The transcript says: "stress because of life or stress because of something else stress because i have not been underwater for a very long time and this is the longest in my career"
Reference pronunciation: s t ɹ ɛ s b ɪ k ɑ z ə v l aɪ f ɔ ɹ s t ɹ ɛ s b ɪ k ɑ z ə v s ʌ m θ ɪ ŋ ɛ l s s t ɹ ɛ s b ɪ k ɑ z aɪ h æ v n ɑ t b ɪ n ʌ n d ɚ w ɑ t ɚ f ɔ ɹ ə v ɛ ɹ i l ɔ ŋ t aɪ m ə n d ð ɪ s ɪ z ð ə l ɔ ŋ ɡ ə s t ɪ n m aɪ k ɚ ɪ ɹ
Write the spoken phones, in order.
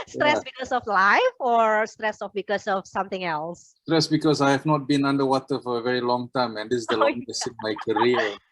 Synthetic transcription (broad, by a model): s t ɹ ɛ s b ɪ k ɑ s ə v l aɪ f ɔ ɹ s t ɹ ɛ s b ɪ k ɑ s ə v s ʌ m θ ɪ ŋ ɛ l s s t ɹ ɛ s b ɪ k ɑ s aɪ h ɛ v n ɑ t b ɪ n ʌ n d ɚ w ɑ t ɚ f ɔ ɹ ə v ɛ ɹ i l ɔ ŋ t aɪ m ə n d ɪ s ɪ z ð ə l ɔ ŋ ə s ɪ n m aɪ k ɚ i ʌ